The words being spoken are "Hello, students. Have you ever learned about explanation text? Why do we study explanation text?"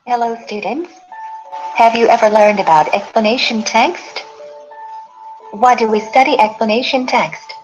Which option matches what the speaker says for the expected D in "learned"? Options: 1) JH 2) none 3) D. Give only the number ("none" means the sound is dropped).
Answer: 3